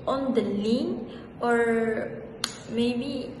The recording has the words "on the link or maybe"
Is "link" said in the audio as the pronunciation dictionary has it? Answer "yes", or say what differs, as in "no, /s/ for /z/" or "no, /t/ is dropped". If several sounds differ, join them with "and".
no, /k/ is dropped